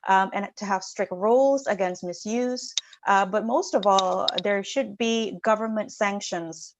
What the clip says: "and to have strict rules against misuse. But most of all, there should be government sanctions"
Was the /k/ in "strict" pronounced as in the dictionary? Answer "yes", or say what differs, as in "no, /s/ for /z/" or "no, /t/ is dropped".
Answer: yes